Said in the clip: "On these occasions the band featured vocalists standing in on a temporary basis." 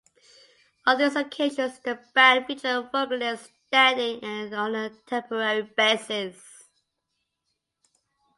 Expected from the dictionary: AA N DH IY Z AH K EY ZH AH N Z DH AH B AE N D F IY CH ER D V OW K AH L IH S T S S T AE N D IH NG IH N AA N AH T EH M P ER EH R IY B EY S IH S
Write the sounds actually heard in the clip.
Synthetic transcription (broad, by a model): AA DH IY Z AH K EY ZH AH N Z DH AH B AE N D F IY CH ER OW AH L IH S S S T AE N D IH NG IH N AA N AH T EH M P ER EH R IY B EY S IH S